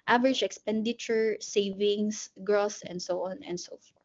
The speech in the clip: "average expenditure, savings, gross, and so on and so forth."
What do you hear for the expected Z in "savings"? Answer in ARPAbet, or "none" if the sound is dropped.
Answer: S